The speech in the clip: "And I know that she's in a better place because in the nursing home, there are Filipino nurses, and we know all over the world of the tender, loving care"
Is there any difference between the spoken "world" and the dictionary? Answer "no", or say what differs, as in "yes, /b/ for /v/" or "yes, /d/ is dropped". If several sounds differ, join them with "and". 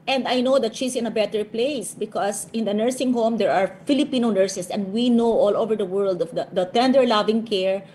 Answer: no